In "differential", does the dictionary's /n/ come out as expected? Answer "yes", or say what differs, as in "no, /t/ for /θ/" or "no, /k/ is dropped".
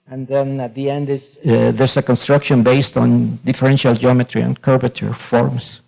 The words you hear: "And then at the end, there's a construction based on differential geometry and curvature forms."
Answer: yes